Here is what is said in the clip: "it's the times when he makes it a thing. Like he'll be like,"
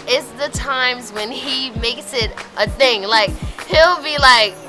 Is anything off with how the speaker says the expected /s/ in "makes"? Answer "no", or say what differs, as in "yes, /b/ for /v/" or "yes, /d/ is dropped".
no